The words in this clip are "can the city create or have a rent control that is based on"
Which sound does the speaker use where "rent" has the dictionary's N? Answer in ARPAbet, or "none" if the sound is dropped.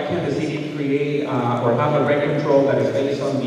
none